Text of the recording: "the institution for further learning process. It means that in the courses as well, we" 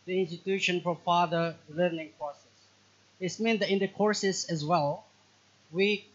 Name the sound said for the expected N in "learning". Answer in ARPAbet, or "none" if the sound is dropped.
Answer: N